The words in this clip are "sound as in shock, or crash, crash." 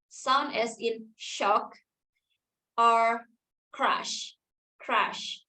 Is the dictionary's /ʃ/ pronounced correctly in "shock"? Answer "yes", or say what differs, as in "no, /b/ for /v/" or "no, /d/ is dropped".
yes